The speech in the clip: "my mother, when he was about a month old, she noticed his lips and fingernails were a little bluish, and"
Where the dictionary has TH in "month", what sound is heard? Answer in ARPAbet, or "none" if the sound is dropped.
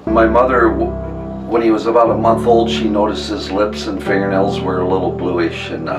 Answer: TH